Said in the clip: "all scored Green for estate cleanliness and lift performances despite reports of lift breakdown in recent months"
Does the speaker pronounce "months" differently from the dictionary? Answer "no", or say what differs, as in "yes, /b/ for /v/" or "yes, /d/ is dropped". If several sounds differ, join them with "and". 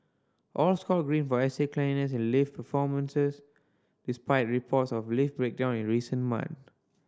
yes, /s/ is dropped